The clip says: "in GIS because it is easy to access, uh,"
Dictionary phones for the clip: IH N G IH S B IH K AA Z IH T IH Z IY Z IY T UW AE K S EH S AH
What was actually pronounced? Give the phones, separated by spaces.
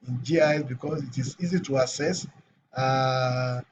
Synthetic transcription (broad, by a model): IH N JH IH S B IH K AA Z IH T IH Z IY Z IY T UW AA S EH S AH